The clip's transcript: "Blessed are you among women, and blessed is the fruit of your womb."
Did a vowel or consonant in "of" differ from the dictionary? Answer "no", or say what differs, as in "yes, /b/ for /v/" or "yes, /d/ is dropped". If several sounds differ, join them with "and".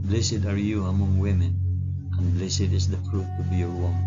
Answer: yes, /b/ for /v/